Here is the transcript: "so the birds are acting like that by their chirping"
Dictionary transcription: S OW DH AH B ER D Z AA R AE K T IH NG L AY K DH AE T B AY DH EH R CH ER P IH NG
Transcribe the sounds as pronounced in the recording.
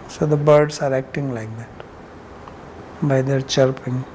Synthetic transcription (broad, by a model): S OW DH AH B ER D S AA R AE K T IH NG L AY K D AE T B AY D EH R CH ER P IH NG